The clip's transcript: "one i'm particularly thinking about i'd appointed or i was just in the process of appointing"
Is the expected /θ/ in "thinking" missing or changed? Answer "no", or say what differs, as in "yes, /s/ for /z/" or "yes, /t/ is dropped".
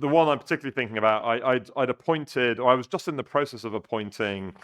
no